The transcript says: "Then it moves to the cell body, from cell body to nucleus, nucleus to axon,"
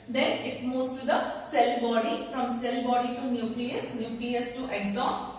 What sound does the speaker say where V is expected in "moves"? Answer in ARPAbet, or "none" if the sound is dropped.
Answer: none